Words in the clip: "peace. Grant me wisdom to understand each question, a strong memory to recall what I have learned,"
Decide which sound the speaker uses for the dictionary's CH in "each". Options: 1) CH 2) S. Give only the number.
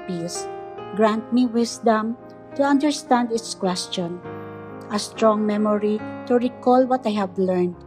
2